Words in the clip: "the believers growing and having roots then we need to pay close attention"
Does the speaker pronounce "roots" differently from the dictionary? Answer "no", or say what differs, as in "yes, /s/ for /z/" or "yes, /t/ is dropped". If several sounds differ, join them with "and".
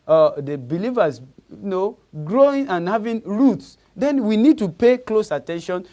no